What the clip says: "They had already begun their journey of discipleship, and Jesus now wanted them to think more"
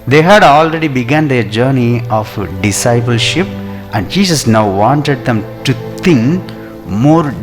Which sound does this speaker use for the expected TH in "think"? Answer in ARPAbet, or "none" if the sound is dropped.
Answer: T